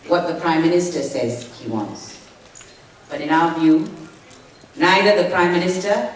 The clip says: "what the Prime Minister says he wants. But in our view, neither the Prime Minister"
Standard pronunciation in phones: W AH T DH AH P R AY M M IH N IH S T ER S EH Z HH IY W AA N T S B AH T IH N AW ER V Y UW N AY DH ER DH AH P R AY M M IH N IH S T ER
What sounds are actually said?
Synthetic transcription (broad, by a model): W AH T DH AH P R AY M M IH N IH S T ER S EH Z HH IY W AA N T S B AH T IH N AW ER V Y UW N AY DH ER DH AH P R AY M M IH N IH S T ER